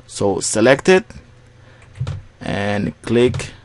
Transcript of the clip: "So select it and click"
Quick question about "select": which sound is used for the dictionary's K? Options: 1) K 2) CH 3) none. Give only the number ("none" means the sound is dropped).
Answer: 1